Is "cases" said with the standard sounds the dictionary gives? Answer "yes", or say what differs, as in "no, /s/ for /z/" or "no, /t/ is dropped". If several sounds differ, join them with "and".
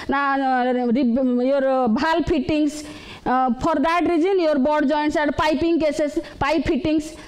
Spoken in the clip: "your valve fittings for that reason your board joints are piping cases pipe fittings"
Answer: no, /s/ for /z/